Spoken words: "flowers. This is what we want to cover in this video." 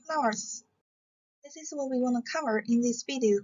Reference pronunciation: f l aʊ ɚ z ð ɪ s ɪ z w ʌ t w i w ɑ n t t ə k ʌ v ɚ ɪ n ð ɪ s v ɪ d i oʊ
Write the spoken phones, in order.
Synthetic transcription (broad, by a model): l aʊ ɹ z ð ɪ s ɪ z w ʌ t w i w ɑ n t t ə k ʌ v ɚ ɪ n ð ɪ s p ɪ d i